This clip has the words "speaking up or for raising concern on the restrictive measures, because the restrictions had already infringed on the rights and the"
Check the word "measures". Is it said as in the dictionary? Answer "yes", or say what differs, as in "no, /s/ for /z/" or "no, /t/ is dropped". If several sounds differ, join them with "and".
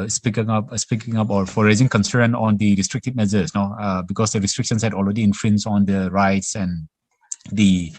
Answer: no, /z/ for /ʒ/